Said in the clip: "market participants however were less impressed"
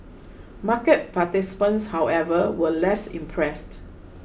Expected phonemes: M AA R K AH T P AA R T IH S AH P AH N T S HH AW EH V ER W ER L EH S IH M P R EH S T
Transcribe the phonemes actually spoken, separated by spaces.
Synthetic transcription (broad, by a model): M AA K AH T P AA T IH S P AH N S HH AW EH V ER W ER L EH S IH M P R EH S T